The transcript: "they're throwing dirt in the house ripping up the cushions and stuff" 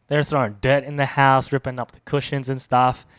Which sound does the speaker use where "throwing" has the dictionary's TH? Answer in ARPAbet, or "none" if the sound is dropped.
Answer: S